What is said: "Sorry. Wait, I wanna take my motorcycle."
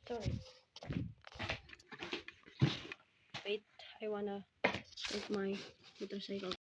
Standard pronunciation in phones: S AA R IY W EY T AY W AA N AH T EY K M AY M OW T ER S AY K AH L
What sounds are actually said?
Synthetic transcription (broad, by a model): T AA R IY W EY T AY W AA N AH S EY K M AY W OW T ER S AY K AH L